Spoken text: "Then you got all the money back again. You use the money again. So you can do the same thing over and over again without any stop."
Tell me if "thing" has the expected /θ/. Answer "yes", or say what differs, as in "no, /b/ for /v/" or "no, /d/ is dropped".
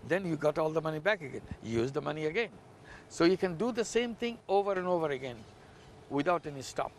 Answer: no, /t/ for /θ/